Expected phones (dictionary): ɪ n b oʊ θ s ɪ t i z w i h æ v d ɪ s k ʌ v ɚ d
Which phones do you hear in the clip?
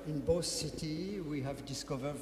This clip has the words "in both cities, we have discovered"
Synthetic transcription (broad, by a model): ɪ n b oʊ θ s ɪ t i w i h æ v d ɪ s k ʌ v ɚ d